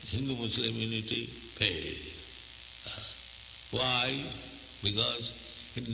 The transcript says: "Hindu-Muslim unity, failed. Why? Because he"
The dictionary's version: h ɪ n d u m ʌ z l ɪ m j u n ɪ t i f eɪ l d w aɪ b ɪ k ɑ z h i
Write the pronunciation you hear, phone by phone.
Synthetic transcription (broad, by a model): h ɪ n d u m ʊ s l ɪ m j u n ɪ t i p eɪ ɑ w aɪ b ɪ k ɑ z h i